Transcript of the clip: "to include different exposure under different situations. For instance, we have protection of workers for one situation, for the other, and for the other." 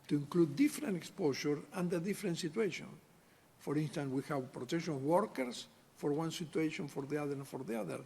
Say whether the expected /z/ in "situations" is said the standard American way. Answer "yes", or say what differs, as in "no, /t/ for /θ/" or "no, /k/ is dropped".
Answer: no, /z/ is dropped